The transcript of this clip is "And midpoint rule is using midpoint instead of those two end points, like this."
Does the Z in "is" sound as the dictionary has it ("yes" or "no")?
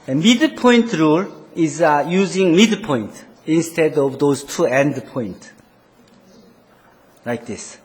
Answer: yes